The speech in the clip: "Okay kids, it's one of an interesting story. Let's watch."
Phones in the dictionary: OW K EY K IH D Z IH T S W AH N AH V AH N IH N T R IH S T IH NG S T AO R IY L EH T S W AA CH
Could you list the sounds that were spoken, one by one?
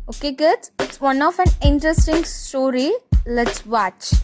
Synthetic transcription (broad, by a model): OW K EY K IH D IH T S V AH N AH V AH N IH N T R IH S T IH NG S T AO R IY L EH T S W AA CH